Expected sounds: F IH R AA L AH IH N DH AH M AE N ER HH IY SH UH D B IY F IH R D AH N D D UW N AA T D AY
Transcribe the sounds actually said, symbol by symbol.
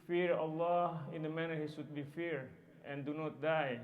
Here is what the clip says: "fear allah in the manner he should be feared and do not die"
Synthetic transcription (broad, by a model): F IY R AA L AH IH N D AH M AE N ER HH IY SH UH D B IY F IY R AH N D D UW N AA T D AY